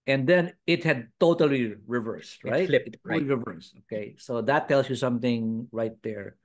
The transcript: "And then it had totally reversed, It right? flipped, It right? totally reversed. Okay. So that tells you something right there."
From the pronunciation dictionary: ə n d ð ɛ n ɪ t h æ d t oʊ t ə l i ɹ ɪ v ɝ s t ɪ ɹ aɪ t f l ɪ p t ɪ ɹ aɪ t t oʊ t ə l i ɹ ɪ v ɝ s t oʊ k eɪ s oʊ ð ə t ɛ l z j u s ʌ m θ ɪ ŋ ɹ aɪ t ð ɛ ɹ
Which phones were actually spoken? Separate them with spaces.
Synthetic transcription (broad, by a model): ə n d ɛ n ɪ t h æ d t oʊ t ə l i ɹ ɪ v ɝ s t ɹ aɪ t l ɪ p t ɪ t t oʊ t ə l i ɹ ɪ v ɝ s t oʊ k eɪ s oʊ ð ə t ɛ l s j u s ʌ m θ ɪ ŋ ɹ aɪ t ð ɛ ɹ